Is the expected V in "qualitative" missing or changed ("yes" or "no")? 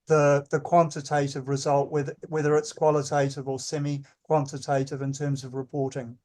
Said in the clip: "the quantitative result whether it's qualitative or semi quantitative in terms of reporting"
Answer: no